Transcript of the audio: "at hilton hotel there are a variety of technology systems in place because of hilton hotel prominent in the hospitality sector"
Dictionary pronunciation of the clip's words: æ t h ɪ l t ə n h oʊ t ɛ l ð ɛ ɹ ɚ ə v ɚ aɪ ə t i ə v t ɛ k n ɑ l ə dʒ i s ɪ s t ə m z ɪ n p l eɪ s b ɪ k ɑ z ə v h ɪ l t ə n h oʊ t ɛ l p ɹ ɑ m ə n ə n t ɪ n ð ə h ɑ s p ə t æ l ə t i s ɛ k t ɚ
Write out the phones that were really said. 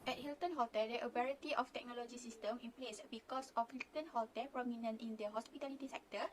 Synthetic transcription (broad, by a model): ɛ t h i l t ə n h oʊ t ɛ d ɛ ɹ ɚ ə b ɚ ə t i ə f t ɛ k n ɑ l ə dʒ i s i s t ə m ɪ n p l eɪ s b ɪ k ɑ s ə f h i l t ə n h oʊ t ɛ p ɹ ɑ m ə n ə n t ɪ n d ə h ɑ s p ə t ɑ l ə t i s ɛ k t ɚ